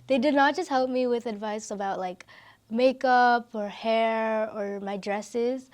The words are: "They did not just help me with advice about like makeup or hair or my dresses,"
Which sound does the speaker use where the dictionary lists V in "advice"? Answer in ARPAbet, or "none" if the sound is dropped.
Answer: V